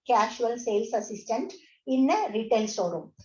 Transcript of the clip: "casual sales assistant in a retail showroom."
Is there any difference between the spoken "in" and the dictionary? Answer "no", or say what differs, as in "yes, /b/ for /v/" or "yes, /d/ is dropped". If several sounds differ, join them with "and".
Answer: no